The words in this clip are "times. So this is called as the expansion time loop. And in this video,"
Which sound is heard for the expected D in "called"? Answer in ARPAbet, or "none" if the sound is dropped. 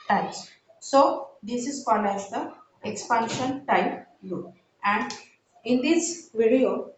none